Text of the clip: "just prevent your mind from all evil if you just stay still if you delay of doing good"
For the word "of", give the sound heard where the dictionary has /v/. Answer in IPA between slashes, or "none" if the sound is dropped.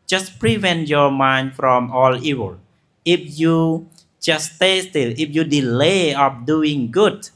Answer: /p/